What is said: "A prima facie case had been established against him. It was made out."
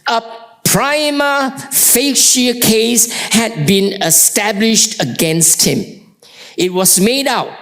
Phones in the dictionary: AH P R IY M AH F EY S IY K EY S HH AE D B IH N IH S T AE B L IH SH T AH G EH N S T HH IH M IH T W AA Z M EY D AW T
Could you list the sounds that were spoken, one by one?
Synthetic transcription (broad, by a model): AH P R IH M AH F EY SH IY K EY S HH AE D B IH N IH S T AE B L IH SH T AH G EH N S T HH IH M IH T W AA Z M EY D AW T